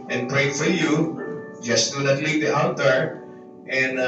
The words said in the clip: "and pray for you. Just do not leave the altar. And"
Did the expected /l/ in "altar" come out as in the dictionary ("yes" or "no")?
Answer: no